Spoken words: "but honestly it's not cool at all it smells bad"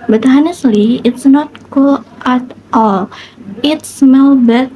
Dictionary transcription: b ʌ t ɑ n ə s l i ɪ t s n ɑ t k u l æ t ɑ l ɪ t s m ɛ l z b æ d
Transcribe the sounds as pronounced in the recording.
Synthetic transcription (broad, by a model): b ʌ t ɑ n ə s l i ɪ t s n ɑ t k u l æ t ɑ l ɪ t s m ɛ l b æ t